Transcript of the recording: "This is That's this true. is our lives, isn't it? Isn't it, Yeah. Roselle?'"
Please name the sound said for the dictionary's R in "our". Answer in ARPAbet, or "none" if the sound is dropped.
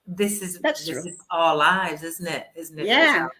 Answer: L